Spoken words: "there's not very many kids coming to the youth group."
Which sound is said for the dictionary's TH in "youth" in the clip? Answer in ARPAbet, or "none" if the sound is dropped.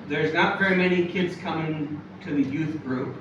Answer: TH